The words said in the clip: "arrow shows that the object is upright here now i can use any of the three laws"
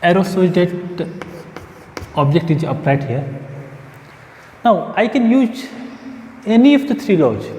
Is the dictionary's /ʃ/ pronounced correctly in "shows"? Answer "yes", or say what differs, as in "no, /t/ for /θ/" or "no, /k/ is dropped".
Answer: no, /s/ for /ʃ/